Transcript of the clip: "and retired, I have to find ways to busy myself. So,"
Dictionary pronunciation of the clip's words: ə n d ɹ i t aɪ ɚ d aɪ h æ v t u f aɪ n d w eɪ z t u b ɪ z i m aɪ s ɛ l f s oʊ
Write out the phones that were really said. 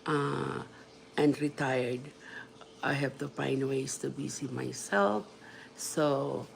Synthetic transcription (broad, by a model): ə n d ɹ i t aɪ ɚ d aɪ h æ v t u f aɪ n d w eɪ s t u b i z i m aɪ s ɛ l f s oʊ